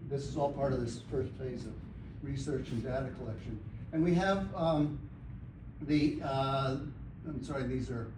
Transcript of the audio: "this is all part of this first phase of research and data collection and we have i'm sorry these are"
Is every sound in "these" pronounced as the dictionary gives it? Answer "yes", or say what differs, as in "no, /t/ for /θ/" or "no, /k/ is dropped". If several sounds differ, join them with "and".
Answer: yes